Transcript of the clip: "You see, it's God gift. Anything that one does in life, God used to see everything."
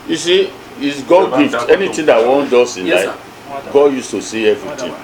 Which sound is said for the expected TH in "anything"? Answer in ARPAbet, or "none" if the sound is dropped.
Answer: T